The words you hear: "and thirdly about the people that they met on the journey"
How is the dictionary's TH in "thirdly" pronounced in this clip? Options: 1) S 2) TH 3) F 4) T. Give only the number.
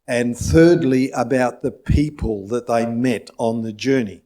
2